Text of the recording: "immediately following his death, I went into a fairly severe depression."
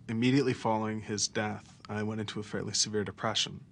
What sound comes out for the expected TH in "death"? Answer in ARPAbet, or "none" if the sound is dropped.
TH